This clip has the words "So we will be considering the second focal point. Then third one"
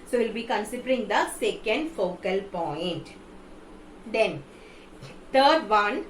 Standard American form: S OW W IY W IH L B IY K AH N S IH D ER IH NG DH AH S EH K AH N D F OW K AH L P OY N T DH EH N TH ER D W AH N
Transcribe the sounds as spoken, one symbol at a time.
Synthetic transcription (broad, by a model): S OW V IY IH L B IY K AH N S IH D ER IH NG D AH S EH K AH N D F OW K AH L P OY N T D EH N T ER D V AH N